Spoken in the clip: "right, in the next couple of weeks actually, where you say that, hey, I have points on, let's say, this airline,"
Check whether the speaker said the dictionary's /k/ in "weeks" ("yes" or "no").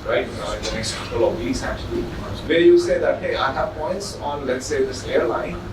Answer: no